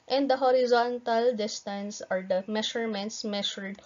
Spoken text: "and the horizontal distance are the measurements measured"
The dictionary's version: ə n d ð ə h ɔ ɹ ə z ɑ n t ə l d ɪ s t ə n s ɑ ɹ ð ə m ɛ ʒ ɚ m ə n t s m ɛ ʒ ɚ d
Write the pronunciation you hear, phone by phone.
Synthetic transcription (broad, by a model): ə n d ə h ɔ ɹ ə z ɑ n t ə l d ɪ s t ə n s ɑ ɹ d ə m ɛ ʃ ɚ m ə n t s m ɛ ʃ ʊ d